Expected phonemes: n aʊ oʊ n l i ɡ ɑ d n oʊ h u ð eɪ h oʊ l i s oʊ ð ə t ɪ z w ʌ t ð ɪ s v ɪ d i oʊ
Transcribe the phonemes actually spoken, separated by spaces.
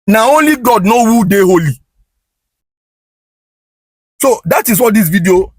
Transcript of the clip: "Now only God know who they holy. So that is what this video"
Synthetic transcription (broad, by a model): n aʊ oʊ n l i ɡ ɑ d n oʊ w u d eɪ h oʊ l i s oʊ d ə t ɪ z w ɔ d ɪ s v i d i oʊ